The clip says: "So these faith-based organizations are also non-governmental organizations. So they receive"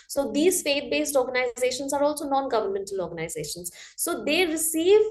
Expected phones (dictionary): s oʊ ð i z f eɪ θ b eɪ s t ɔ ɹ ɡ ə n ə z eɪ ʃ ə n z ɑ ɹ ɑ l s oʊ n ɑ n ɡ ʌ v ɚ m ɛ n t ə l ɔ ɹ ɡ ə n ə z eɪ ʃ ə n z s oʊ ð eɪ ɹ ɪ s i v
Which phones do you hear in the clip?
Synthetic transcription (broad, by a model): s oʊ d i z f eɪ t b eɪ s t ɔ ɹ ɡ ə n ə z eɪ ʃ ə n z ɑ ɹ ɑ l s oʊ n ɑ n ɡ ʌ v ɚ m ɛ n t ə l ɔ ɹ ɡ ə n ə z eɪ ʃ ə n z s oʊ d eɪ ɹ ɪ s i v